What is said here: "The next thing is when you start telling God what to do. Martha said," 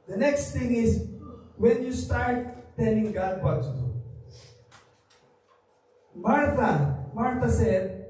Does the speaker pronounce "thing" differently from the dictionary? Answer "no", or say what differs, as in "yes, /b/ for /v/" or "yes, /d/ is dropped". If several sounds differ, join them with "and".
yes, /t/ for /θ/